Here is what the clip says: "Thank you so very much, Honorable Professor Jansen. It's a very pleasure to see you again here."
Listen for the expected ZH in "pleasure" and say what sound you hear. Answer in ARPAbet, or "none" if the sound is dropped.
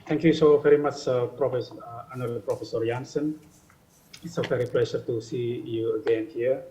SH